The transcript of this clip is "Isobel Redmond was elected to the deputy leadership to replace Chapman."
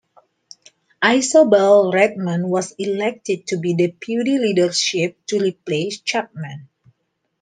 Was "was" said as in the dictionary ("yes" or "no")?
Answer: no